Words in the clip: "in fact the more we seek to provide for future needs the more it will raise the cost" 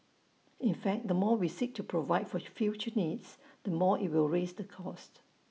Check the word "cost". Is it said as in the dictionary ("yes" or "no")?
yes